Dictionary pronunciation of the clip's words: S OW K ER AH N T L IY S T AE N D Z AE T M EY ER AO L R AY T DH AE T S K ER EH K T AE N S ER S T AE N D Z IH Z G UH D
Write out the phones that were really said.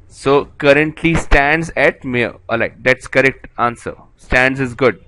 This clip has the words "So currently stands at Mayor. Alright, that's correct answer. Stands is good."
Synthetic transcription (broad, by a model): S OW K ER AH N T L IY S T AE N D Z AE T M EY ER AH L AY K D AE T S K ER EH K T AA N S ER S T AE N D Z IH Z G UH D